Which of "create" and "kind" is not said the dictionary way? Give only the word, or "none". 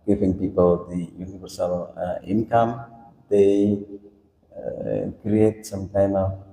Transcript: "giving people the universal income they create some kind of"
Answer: kind